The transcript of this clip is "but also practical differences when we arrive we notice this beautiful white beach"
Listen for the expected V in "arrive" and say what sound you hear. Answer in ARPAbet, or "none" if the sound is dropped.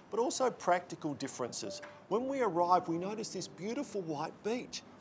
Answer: V